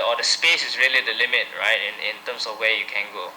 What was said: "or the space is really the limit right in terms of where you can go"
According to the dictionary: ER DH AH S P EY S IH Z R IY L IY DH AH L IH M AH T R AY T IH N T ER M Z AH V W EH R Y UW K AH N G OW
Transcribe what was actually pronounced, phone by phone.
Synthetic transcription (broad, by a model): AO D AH S P EY S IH S R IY L IY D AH L IH M AH T R AY T IH N T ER M S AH F W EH Y UW K AH N G OW